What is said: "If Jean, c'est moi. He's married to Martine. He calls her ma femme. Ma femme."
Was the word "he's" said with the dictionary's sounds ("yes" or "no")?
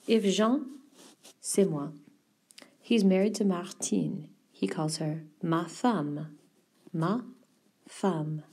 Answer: yes